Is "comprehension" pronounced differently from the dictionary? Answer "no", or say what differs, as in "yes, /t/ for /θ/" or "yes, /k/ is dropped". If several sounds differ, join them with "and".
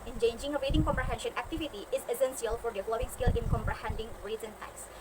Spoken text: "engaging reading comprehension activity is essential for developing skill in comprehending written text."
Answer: no